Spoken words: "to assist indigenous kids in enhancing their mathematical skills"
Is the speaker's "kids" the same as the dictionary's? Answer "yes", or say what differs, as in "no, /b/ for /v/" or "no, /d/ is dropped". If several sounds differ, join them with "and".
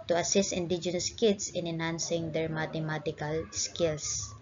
no, /s/ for /z/